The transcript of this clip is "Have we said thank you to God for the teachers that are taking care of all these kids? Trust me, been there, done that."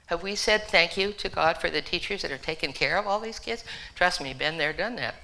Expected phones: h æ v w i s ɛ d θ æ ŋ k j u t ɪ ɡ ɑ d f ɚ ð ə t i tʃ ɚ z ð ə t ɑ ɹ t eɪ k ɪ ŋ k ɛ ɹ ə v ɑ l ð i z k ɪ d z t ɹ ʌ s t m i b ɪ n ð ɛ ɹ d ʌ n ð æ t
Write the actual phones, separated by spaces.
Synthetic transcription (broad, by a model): h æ v w i s ɛ d θ æ ŋ k j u t ɪ ɡ ɑ d f ɚ ð ə t i tʃ ɚ z ð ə t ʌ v t eɪ k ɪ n k ɛ ɹ ə v ɑ l ð i z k ɪ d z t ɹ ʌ s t m i b ɪ n ð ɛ ɹ d ʌ n ð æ t